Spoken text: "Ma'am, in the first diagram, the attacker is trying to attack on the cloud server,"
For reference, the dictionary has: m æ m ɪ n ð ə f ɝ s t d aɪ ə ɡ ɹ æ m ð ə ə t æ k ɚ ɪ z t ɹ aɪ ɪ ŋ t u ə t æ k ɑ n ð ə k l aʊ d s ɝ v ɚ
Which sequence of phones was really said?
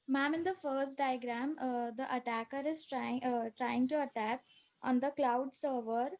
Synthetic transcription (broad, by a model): m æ m ɪ n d ə f ɝ s t d aɪ ə ɡ ɹ æ m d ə ə t æ k ɚ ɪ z t ɹ aɪ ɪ ŋ t u ə t æ k ɑ n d ə k l aʊ d s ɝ v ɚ